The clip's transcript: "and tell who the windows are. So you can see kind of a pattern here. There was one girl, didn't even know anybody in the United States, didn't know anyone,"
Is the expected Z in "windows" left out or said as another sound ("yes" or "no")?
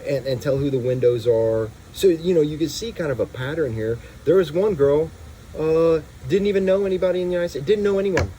no